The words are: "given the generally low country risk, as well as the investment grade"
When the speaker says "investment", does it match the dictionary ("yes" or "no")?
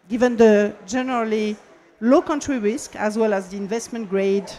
yes